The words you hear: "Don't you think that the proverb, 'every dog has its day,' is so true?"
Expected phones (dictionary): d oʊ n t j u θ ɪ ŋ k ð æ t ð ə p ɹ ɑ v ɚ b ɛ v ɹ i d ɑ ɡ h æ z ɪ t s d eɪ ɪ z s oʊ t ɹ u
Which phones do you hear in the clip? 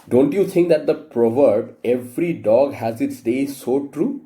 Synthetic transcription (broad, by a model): d oʊ n t j u t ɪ ŋ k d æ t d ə p ɹ ɑ v ɚ b ɛ v ɹ i d ɑ ɡ h æ z ɪ t s d eɪ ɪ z s oʊ t ɹ u